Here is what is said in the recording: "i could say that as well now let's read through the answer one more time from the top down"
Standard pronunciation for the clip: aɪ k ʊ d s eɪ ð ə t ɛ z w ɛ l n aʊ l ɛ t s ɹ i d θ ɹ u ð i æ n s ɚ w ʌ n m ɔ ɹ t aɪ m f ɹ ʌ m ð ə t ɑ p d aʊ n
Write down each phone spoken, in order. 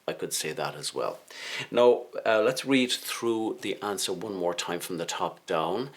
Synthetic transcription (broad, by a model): aɪ k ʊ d s eɪ ð ə t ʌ z w ɛ l n aʊ l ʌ t s ɹ i d θ ɹ u ð i æ n s ɚ w ʌ n m ɔ ɹ t aɪ m f ɹ ʌ m ð ə t ɑ p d aʊ n